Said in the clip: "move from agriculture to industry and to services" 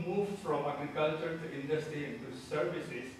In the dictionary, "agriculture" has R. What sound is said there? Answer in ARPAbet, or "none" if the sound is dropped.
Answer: R